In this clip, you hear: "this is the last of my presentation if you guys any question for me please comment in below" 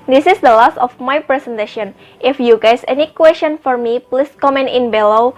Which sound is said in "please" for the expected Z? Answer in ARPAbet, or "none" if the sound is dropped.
S